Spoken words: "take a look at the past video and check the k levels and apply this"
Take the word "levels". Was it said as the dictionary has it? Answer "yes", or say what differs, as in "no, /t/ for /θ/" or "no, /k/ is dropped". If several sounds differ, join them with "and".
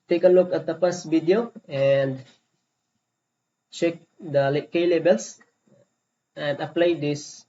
no, /b/ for /v/ and /s/ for /z/